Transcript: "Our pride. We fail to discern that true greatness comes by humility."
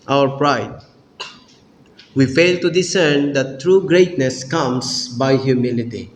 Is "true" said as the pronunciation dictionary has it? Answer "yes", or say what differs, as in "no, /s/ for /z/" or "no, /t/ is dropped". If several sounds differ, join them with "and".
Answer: yes